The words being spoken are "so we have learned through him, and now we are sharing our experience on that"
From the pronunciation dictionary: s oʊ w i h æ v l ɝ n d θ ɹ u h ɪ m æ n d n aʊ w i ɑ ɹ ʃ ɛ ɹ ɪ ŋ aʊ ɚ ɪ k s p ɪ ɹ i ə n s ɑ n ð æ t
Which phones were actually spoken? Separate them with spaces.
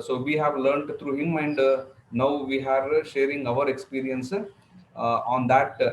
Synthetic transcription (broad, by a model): s oʊ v i h æ v l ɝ n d t ɹ u h ɪ m æ n d n aʊ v i ɑ ɹ ʃ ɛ ɹ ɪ ŋ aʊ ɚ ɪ k s p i ɹ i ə n s ɑ n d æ t